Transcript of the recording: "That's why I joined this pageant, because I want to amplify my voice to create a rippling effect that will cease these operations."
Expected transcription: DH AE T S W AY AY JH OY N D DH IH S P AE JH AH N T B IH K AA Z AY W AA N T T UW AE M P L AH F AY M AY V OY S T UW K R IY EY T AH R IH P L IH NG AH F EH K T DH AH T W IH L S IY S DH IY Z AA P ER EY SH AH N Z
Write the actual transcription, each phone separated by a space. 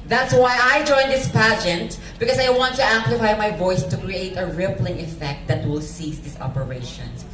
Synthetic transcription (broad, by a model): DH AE T S W AY AY JH OY N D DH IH S P AE JH AH N T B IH K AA S AY W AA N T T UW AE M P L AH F AY M AY V OY S T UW K R IY EY T AH R IH P L IH NG AH F EH K T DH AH T W IH L S IY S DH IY S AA P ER EY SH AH N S